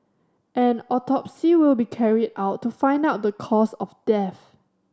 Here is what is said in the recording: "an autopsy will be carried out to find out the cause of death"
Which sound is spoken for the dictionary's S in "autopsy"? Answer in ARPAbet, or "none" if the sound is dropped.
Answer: S